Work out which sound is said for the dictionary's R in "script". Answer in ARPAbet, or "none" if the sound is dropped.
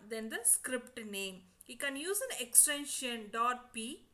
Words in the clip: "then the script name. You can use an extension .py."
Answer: R